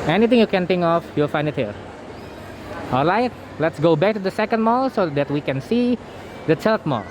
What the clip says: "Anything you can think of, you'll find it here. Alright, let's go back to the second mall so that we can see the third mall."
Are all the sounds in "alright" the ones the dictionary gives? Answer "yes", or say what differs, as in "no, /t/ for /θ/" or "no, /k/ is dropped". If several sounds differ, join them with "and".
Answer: yes